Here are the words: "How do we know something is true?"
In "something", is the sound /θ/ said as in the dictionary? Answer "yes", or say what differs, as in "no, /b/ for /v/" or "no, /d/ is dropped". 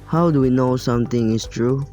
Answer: no, /t/ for /θ/